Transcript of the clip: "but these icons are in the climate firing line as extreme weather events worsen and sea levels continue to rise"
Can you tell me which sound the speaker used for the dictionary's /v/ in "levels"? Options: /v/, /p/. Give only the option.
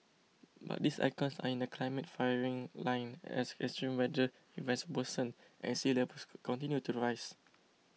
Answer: /p/